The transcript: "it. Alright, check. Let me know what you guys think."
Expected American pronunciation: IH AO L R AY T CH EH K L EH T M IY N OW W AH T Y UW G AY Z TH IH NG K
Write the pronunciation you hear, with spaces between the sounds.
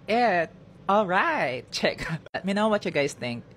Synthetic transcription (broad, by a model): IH AO L R AY T CH EH K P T M IY N OW W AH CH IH G AY Z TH IH NG K